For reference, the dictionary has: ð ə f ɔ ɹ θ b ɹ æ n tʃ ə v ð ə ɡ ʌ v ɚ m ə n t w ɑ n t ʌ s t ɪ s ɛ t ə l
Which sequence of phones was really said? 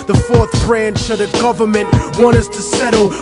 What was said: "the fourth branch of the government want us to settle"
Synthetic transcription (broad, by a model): ð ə f ɔ ɹ θ b ɹ æ n tʃ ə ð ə ɡ ʌ v ɚ m ə n t w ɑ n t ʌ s t ɪ s ɛ t l